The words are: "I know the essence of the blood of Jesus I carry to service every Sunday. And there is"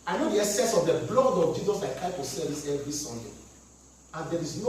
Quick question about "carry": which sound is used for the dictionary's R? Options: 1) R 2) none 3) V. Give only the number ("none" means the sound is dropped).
2